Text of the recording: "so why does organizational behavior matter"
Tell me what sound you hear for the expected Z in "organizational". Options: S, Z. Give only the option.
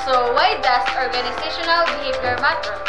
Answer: S